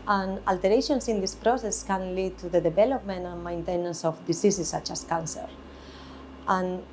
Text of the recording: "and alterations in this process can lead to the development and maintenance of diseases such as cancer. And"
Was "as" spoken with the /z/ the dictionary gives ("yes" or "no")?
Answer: no